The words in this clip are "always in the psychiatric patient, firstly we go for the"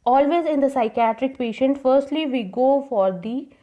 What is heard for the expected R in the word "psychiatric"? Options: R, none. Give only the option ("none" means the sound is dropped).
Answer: R